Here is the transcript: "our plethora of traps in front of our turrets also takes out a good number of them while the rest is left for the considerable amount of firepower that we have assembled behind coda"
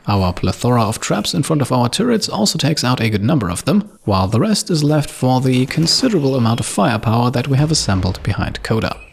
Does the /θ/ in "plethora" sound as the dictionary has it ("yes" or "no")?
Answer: yes